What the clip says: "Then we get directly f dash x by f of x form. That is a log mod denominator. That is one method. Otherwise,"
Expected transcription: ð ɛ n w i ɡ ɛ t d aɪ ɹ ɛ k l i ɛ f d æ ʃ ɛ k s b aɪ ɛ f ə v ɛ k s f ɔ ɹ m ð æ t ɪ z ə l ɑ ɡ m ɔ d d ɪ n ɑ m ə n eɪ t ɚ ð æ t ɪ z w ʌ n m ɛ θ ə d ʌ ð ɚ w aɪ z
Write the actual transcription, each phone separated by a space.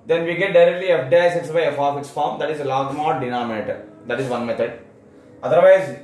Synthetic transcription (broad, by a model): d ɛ n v i ɡ ɛ t d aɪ ɹ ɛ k l i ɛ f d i s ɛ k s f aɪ ɛ f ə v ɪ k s f ɔ ɹ m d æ t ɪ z ə l ɑ ɡ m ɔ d d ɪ n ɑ m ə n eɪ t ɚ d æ t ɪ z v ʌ n m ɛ t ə d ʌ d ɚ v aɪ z